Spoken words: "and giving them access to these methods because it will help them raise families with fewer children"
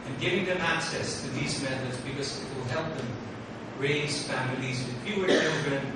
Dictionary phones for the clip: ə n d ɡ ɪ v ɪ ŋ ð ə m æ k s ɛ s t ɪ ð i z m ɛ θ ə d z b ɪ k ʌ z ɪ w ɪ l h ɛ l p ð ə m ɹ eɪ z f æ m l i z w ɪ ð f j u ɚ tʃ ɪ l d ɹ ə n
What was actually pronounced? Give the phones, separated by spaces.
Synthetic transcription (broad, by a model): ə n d ɡ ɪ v ɪ ŋ ð ə m æ k s ɛ s t ɪ ð i z m ɛ θ ə d z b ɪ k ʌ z ɪ w ɪ l h ɛ l p ð ə m ɹ eɪ z f æ m l i z w ɪ ð p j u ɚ tʃ ɪ l d ɹ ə n